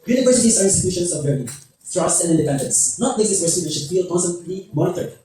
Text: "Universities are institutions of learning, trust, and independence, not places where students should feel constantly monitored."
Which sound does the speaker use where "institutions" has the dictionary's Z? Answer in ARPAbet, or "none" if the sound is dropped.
S